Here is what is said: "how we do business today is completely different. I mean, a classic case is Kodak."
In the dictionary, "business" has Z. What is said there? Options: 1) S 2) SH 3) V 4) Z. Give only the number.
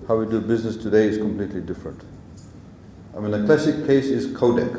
4